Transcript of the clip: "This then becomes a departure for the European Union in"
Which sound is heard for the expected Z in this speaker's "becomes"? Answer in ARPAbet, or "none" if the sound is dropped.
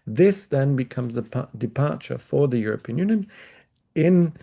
Z